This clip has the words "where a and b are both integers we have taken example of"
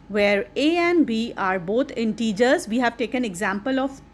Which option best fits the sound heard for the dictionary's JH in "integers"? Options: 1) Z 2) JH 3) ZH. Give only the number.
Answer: 2